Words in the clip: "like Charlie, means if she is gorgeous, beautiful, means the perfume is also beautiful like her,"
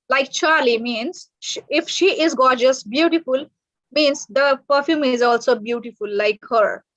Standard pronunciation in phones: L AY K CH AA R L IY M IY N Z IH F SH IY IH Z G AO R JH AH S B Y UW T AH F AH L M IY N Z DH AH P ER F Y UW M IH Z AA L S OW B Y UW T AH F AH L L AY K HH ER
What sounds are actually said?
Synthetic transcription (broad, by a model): L AY K CH AA R L IY M IY N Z IH F SH IY IH Z G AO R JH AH S B Y UW T AH F AH L M IY N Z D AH P ER F Y UW M IH Z AA L S OW B Y UW T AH F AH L L AY K HH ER